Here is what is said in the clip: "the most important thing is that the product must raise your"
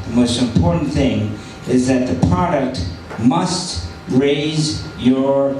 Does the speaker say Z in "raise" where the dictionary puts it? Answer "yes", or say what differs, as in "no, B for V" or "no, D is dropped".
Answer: yes